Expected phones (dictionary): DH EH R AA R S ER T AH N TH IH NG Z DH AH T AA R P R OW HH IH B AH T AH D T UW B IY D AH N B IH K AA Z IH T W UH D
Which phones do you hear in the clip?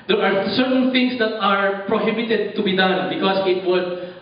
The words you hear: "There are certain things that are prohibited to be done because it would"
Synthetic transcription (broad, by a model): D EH R AA R S ER T AH N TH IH NG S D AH T AA R P R OW HH IH B AH T AH D T UW B IY D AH N B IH K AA S IH T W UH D